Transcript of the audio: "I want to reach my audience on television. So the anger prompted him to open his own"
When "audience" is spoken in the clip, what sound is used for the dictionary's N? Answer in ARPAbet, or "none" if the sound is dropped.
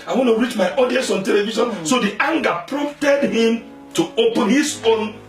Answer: none